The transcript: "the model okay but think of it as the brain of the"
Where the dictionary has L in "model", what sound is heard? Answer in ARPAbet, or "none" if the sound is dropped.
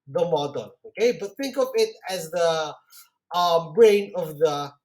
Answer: N